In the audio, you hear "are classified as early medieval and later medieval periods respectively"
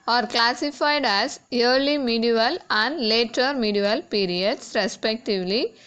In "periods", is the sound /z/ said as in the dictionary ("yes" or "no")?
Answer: no